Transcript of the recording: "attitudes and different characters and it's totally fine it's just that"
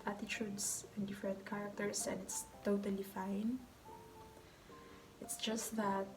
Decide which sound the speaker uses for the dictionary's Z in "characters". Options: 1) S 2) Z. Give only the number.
1